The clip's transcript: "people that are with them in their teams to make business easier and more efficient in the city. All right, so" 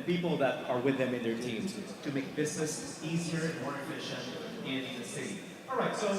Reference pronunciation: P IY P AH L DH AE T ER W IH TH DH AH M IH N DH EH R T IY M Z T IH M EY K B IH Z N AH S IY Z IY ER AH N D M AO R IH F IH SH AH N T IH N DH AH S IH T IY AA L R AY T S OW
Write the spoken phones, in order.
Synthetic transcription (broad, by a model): P IY P L DH AE T ER W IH DH AH M IH N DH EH R T IY M Z T IH M EY K B IH Z N AH S IY Z IY ER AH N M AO R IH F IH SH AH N IH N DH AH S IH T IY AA R AY T S OW